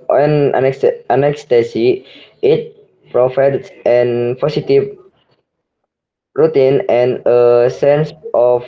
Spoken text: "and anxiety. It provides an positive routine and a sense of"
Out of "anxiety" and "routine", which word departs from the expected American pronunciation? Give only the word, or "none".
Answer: anxiety